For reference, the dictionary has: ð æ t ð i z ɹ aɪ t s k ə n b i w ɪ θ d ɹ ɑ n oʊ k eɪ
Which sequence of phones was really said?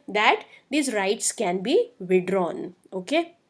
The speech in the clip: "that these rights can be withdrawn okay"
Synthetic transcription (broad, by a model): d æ t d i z ɹ aɪ t s k ə n b i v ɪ d ɹ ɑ n oʊ k eɪ